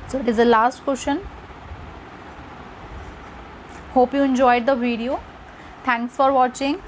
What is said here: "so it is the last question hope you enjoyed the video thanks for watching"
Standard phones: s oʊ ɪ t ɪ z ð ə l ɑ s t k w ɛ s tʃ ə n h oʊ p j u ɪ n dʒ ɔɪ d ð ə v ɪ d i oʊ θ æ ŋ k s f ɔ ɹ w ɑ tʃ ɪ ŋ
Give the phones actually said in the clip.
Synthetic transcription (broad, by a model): s oʊ ɪ t ɪ z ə l ɑ s t k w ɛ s ʃ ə n h oʊ p j u ɪ n dʒ ɔɪ d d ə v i d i oʊ t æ ŋ k s f ɔ ɹ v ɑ tʃ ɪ ŋ